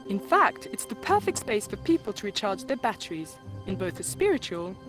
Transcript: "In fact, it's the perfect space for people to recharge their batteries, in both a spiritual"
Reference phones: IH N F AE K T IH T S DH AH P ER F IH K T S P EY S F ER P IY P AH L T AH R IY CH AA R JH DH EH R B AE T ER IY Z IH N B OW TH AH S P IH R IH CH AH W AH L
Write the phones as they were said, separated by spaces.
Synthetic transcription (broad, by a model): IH N F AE K T IH T S DH AH P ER F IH K T S P EY S F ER P IY P AH L T AH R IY CH AA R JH DH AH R B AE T ER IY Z IH N B OW TH AH S P IH R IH CH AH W AH L